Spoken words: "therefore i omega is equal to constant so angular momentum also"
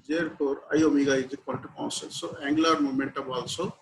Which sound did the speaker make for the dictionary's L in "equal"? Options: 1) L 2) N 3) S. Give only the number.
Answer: 2